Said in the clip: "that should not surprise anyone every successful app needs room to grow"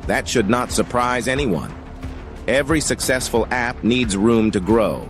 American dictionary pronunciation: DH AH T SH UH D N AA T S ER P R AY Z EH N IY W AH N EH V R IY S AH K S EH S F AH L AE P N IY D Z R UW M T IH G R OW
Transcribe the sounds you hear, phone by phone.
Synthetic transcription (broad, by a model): DH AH T SH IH D N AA T S ER P R AY Z EH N IY W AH N EH V R IY S AH K S EH S F AH L AE P N IY D Z R UW M T IH G R OW